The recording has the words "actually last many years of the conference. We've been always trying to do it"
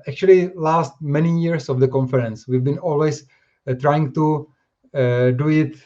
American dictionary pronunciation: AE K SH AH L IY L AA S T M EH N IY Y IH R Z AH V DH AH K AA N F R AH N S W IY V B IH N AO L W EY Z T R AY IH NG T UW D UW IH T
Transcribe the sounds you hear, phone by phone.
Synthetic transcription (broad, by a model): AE K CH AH L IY L AA S T M EH N IY Y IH R S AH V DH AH K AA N F R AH N S W IY V B IH N AO L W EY S T R AY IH NG T UW D UW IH T